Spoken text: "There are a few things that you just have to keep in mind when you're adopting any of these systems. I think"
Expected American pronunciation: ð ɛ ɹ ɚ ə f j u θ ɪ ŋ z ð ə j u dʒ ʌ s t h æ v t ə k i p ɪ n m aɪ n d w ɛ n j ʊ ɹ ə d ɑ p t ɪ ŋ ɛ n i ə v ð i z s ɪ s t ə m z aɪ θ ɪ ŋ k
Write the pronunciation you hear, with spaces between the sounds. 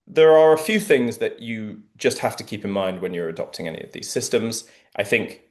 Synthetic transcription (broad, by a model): ð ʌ ɹ ɚ ə f j u θ ɪ ŋ z ð ə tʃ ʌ dʒ ʌ s t h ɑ f t ə k i p ɪ n m aɪ n d w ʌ n j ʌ ɹ ə d ɑ p t ɪ ŋ ɛ n i ə v ð i z s ɪ s t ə m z aɪ θ ɪ ŋ k